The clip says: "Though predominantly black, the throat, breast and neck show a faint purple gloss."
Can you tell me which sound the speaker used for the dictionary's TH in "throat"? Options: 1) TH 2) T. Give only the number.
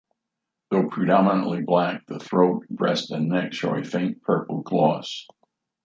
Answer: 1